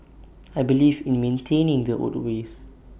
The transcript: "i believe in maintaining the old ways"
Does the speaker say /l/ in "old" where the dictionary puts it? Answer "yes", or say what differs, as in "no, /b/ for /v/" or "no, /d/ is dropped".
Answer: no, /l/ is dropped